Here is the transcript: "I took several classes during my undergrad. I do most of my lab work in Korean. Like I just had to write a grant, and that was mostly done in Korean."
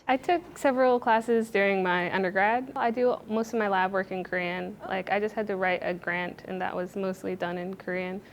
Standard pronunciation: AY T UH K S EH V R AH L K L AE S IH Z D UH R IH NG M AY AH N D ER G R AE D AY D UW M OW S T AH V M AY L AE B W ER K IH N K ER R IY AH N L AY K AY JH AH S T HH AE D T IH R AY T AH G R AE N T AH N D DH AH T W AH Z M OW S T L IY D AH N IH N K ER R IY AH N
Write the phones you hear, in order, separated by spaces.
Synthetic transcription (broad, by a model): AY T UH K S EH V R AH L K L AE S IH Z D UH R IH NG M AY AH N D ER G R AE D AY D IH M OW S T AH V M AY L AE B W ER K IH N K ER R IY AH N L AY K AY JH AH S T HH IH D T IH R AY T AH G R AE N T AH N DH AH T W AH Z M OW S T L IY D AH N IH N K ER R IY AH N